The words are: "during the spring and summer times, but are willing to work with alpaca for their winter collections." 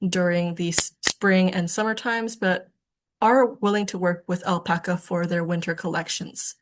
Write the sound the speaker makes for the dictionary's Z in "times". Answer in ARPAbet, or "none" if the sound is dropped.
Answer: Z